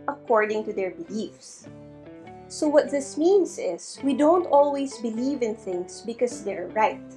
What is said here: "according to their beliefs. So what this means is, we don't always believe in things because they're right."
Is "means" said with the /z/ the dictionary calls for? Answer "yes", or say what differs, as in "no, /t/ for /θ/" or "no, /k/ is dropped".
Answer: no, /s/ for /z/